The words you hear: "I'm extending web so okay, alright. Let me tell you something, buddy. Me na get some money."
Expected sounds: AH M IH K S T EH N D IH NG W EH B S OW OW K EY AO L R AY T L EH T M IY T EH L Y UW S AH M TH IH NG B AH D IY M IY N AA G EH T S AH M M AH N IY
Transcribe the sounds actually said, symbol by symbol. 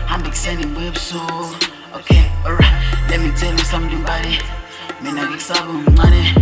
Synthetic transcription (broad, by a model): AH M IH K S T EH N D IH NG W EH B S OW OW K EY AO R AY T L EH T M IY T EH L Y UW S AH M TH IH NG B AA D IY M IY N AA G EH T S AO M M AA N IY